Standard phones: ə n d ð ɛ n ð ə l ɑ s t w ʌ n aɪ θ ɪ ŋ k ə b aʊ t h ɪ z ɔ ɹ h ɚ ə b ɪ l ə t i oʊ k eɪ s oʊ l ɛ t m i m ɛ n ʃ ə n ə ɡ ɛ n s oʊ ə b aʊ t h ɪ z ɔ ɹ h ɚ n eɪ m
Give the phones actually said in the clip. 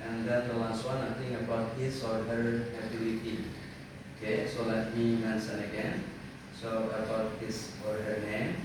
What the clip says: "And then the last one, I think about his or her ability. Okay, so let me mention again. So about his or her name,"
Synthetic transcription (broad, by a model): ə n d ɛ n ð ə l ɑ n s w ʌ n aɪ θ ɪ ŋ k ə b aʊ t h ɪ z ɔ ɹ h ɚ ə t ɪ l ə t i oʊ k eɪ s oʊ l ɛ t m i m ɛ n s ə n ə ɡ ɛ n s oʊ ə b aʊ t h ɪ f ɔ ɹ h ɚ n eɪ m